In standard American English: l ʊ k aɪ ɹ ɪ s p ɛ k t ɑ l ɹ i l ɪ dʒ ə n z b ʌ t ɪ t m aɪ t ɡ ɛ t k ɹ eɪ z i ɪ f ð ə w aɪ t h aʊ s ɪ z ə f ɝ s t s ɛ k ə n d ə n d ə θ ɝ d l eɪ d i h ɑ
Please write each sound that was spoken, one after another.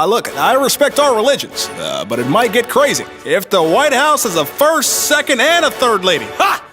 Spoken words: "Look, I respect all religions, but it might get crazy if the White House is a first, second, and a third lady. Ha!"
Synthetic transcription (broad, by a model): l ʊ k aɪ ɹ ɪ s p ɛ k t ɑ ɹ ɹ i l ɪ dʒ ə n z b ʌ t ɪ t m aɪ t ɡ ɛ t k ɹ eɪ z i ɪ f ð ə w aɪ t h aʊ s ɪ z ə f ɝ s t s ɛ k ə n d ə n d ə θ ɝ d l eɪ d i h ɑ